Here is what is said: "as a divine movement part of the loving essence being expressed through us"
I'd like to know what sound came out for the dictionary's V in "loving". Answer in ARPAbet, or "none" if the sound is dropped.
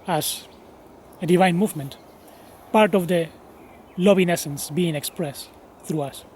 B